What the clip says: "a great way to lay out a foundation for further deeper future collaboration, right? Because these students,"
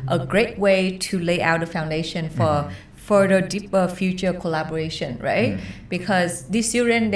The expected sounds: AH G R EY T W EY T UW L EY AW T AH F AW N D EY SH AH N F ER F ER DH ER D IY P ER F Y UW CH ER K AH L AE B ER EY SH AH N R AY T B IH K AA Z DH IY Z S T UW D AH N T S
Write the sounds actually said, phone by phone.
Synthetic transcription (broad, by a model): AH G R EY T W EY T UW L EY AW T AH F AW N D EY SH AH N F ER F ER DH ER D IY P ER F Y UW CH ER K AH L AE B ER EY SH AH N R AY T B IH K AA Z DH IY S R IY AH N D